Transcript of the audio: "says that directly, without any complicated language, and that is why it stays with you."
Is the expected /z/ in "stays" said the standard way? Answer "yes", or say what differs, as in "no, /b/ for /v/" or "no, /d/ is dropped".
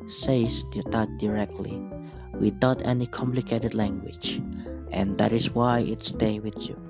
no, /z/ is dropped